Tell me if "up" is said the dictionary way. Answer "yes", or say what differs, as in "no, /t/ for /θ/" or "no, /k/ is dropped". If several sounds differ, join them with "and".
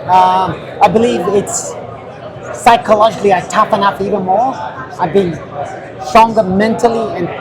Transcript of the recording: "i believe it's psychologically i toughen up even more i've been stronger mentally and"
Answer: no, /f/ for /p/